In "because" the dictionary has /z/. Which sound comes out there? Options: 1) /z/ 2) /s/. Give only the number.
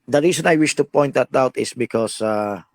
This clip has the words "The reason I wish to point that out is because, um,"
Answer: 2